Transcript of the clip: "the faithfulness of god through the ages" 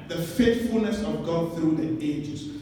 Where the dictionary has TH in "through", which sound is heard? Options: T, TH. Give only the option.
TH